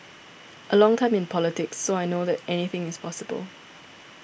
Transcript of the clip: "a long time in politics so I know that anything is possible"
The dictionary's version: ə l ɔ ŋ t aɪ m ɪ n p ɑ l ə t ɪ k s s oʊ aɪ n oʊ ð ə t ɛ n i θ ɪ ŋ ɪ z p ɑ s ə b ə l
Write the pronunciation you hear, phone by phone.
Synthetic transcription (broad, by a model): ə l ɔ ŋ t aɪ m ɪ n p ɑ l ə t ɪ k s s oʊ aɪ n oʊ ð ə t ɛ n i θ ɪ ŋ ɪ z p ɑ s ə b ə l